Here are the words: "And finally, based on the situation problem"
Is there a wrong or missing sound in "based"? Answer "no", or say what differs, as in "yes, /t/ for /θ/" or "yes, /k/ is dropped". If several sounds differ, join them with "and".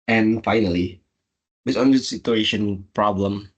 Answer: yes, /t/ is dropped